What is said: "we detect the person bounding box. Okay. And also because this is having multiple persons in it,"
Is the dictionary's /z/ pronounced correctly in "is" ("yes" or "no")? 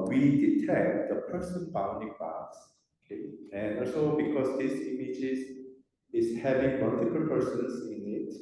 no